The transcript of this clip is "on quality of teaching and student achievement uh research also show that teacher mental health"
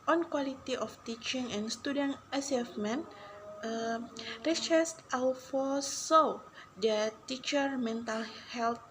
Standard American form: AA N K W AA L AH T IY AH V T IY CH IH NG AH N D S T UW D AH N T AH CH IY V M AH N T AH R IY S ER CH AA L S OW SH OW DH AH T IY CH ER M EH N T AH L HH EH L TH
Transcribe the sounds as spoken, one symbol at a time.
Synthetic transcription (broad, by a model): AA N K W AA L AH T IY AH F T IY CH IH NG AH N S T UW D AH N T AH S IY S M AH N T AH R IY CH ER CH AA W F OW S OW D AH T IY CH ER M EH N T AH L HH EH L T